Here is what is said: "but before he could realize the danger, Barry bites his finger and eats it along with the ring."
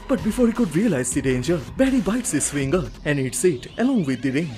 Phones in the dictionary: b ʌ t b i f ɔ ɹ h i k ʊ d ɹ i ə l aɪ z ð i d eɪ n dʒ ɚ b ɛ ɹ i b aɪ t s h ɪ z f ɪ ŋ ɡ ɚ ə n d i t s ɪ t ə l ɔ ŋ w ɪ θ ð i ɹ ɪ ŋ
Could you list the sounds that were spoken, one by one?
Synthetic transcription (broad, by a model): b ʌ t b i f ɔ ɹ h i k ʊ d ɹ i ə l aɪ z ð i d eɪ n dʒ ɚ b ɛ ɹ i b aɪ t s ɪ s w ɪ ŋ ɡ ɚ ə n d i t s ɪ t ə l ɔ ŋ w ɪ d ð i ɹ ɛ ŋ